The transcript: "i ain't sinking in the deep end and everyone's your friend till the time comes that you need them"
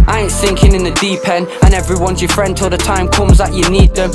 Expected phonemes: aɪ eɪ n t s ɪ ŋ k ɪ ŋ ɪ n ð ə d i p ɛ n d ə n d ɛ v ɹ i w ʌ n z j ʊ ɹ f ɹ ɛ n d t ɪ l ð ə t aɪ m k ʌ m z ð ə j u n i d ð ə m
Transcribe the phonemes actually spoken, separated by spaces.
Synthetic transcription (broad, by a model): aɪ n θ ɪ ŋ k ɪ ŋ ɪ n ð ə d i p ɛ n ə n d ɛ v ɹ i w ʌ n z j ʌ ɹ f ɹ ɛ n d t ɪ l ð ə t aɪ m k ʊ m z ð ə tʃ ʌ n i d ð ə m